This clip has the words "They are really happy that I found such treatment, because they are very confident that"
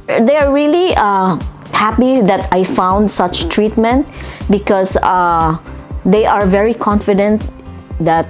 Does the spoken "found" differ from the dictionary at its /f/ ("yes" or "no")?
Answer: no